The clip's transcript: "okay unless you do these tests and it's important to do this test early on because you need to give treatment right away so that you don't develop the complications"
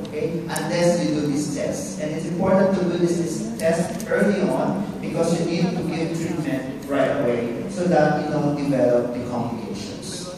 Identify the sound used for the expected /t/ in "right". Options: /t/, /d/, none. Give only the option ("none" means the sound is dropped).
/t/